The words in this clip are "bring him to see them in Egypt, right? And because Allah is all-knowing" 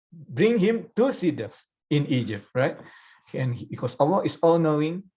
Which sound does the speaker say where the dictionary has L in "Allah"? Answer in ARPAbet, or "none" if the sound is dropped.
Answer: W